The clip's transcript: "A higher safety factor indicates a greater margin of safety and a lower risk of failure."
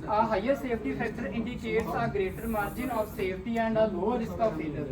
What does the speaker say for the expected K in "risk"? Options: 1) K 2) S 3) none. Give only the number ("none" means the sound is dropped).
1